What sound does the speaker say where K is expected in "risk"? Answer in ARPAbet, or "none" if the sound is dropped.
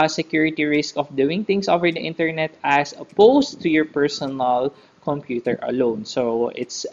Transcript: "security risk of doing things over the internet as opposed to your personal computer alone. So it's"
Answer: K